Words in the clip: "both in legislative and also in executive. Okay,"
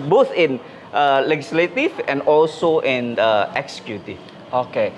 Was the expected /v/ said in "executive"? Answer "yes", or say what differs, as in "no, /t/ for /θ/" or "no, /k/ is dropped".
no, /v/ is dropped